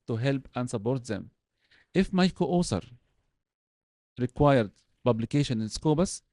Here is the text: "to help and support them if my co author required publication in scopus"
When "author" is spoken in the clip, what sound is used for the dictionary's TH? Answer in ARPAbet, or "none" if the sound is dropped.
S